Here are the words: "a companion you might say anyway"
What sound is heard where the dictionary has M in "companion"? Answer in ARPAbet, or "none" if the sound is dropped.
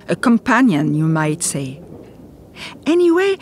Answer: M